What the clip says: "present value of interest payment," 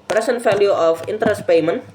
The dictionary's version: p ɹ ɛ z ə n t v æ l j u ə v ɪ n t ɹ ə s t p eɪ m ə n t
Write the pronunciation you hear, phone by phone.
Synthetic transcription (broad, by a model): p ɹ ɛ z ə n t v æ l j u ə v ɪ n t ɹ ə s t p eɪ m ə n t